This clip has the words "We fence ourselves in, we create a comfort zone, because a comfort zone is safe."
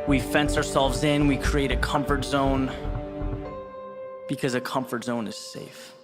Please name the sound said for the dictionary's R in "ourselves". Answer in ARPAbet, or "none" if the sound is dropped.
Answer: R